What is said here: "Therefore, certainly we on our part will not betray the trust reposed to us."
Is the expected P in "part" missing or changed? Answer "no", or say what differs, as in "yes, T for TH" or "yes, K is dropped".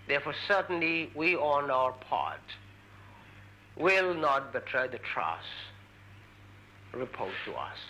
no